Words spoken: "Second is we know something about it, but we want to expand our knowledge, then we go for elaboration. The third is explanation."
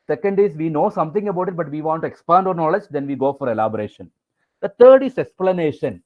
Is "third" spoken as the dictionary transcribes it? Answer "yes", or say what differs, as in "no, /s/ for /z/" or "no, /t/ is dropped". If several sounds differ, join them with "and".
no, /t/ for /θ/